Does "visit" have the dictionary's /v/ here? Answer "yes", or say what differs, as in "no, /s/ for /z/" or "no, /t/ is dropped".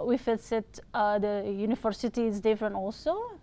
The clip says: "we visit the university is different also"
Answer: no, /f/ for /v/